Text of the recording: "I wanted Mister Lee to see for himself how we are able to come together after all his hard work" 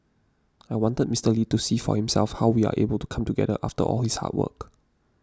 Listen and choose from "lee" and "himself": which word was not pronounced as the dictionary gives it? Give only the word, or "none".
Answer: none